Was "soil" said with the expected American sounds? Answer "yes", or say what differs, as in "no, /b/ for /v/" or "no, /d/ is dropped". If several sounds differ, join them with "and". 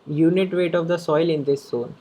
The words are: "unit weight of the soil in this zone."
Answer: yes